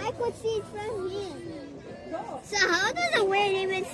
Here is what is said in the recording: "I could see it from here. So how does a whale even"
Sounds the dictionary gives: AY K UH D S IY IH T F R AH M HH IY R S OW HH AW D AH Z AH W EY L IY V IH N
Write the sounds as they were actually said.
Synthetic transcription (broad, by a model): AY K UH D S IY IH T F R AH M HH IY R S OW HH AW D AH Z AH W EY N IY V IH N